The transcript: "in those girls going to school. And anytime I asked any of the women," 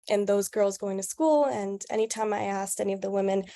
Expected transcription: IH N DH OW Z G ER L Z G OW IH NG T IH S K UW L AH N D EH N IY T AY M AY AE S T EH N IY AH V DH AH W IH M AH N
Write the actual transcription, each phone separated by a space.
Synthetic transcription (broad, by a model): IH N DH OW Z G ER L Z G OW IH NG T IH S K UW L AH N EH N IY T AY M AY AE S T EH N IY AH V DH AH W IH M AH N